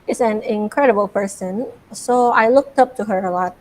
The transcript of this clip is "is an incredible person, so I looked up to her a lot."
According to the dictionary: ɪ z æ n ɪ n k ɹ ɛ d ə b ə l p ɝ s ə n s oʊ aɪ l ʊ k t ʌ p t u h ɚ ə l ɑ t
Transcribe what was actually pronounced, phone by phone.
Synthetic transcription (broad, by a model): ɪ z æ n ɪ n k ɹ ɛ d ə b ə l p ɝ s ə n s oʊ aɪ l ʊ k t ʌ p t u h ɚ ə l ɑ t